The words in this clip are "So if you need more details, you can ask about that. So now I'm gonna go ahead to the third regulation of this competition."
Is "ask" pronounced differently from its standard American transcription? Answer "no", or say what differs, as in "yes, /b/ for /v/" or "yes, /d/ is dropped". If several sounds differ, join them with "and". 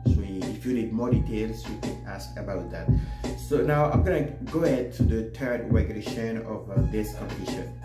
no